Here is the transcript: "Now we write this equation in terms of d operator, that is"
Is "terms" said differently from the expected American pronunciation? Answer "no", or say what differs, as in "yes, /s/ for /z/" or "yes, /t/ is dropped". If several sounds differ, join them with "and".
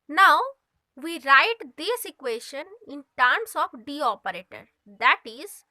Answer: yes, /s/ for /z/